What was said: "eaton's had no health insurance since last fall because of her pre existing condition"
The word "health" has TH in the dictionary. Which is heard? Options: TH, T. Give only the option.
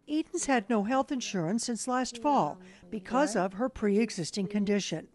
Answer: TH